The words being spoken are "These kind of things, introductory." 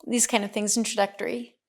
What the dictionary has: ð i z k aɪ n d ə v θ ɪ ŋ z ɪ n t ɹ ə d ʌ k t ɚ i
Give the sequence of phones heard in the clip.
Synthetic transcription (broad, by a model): ð i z k aɪ n d ə v θ ɪ ŋ z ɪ n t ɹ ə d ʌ k t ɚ i